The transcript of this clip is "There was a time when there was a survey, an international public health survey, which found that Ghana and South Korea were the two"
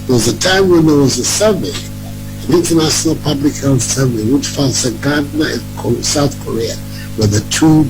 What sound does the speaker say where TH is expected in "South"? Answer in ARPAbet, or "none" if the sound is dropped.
TH